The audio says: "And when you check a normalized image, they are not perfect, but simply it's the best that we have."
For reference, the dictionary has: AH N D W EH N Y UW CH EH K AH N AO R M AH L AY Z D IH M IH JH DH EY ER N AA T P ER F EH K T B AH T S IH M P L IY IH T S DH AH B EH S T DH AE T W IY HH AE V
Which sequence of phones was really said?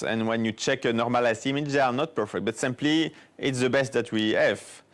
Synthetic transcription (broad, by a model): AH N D W EH N Y UW CH EH K AH N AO R M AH L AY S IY M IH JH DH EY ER N AA T P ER F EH K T B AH T S IH M P L IY IH T S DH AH B EH S T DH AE T W IY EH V